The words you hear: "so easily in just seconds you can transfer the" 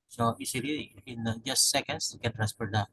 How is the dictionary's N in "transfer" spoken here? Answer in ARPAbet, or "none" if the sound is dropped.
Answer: none